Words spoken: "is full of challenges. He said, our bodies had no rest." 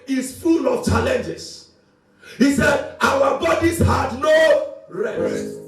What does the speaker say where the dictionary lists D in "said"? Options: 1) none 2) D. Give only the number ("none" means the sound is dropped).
2